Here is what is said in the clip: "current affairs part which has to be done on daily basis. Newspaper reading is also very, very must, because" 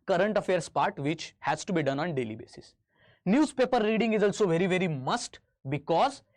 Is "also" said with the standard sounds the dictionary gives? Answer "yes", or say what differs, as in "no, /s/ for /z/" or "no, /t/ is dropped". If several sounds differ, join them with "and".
yes